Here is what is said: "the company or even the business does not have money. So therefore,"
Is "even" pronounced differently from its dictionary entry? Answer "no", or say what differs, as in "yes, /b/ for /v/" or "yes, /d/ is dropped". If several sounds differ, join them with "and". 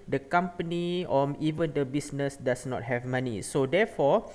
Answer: no